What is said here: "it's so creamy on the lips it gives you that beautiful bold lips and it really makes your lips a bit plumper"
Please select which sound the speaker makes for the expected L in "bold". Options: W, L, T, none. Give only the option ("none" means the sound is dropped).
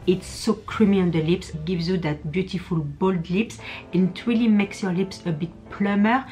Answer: L